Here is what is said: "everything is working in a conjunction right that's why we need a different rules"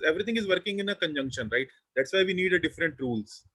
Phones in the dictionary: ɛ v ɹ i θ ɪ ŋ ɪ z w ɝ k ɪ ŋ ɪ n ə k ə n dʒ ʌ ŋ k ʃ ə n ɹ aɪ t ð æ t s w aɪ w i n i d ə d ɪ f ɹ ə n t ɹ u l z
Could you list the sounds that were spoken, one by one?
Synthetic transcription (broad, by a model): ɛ v ɹ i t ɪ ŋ ɪ z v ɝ k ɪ ŋ ɪ n ə k ə n dʒ ʌ ŋ k ʃ ə n ɹ aɪ t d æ t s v aɪ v i n i d ə d ɪ f ɹ ə n t ɹ u l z